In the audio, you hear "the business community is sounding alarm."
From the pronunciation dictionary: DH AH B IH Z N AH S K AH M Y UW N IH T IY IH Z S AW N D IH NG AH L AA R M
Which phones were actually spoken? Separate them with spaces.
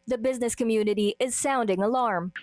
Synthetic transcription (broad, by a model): DH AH B IH Z N AH S K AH M Y UW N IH T IY IH Z S AW N D IH NG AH L AA R M